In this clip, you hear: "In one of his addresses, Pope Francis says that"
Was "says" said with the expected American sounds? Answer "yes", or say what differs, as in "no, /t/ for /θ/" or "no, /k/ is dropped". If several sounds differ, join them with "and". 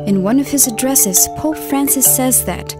yes